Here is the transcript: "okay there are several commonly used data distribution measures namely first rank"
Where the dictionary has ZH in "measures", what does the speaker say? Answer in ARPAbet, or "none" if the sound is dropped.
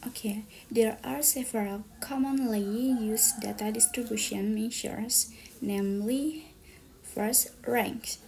SH